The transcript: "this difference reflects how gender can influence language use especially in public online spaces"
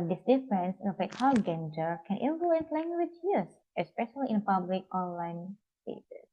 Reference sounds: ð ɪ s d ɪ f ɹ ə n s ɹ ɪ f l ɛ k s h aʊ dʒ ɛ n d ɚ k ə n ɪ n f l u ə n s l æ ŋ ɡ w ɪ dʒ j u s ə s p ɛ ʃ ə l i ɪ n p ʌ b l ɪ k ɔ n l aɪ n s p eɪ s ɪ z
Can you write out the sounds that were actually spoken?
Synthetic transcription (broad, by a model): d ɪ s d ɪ f ɹ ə n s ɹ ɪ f ɛ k h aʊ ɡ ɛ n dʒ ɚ k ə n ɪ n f l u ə n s l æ ŋ ɡ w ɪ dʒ j u s ə s p ɛ ʃ ə l i ɪ n p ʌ b l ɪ k ɔ n l aɪ n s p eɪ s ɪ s